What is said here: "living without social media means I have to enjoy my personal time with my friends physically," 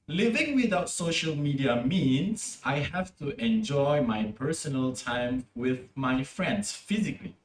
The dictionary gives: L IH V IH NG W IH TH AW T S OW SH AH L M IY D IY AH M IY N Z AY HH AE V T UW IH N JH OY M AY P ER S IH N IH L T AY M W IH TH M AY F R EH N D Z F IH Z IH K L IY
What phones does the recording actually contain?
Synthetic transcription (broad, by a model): L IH V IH NG W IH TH AW T S OW SH AH L M IY D IY AH M IY N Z AY HH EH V T UW IH N JH OY M AY P ER S IH N IH L T AY M W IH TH M AY F R EH N D S F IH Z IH K L IY